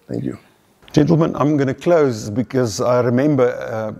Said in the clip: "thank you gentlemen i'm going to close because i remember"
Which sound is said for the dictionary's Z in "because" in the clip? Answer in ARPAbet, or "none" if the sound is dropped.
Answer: Z